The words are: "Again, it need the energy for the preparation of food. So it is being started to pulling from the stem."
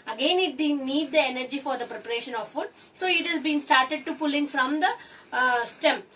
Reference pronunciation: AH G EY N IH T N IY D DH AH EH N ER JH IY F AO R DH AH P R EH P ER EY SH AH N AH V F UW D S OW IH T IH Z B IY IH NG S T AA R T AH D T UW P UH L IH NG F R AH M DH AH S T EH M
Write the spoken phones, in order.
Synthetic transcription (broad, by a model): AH G EY N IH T N IY D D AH EH N ER JH IY F AO R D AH P R EH P ER EY SH AH N AH V F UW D S OW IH T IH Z B IY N S T AA R T AH D T UW P UH L IH NG F R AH M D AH S T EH M